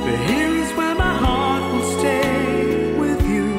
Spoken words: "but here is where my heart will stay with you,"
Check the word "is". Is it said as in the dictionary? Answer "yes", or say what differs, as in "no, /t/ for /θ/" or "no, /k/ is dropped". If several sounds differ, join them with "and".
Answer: yes